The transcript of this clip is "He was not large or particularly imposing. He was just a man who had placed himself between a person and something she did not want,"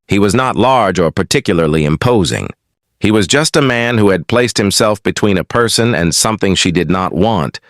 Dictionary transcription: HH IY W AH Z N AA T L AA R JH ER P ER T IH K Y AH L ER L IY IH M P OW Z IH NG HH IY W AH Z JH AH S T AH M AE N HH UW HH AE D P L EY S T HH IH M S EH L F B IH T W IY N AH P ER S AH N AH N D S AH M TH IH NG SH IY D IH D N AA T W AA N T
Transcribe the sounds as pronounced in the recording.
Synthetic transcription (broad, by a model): HH IY W AH Z N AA T L AA R JH ER P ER T IH K Y L ER L IY IH M P OW Z IH NG HH IY W AH Z JH AH S T AH M AE N HH UW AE D P L EY S T HH IH M S EH L F B IH T W IY N AH P ER S AH N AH N S AH M TH IH NG SH IY D IH D N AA T W AA N T